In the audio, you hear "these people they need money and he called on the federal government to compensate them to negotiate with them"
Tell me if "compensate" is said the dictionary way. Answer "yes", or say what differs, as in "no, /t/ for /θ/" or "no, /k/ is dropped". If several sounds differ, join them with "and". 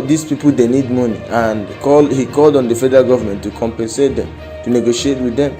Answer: yes